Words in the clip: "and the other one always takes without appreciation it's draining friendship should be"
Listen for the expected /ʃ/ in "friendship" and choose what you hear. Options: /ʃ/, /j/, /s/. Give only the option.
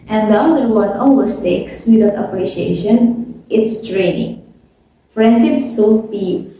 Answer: /s/